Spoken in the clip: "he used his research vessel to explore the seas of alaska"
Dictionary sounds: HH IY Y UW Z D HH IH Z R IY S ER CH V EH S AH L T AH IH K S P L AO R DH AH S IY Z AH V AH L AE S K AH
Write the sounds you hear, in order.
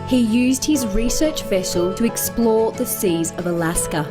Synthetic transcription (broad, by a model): HH IY Y UW Z D HH IH Z R IY S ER CH V EH S AH L T AH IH K S P L AO DH AH S IY Z AH V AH L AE S K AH